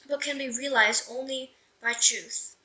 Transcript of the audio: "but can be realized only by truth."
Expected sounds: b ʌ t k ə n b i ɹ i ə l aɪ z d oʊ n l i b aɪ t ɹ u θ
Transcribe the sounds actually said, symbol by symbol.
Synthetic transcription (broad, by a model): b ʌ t k ə n b i ɹ i ə l aɪ z d oʊ n l i b aɪ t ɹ u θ